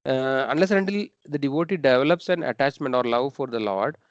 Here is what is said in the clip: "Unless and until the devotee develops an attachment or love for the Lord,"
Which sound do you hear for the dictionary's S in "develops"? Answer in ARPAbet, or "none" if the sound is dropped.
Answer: S